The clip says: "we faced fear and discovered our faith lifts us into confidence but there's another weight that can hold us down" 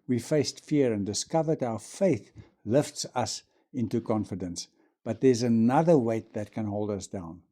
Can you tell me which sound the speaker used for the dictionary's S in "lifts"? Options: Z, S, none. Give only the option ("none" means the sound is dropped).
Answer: S